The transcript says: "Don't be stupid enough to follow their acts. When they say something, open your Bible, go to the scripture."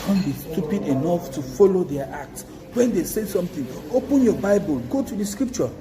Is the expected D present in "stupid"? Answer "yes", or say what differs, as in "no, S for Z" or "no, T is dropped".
yes